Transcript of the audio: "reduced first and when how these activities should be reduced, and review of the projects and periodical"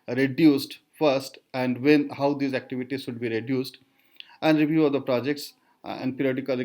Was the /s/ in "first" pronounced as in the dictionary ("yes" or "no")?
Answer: yes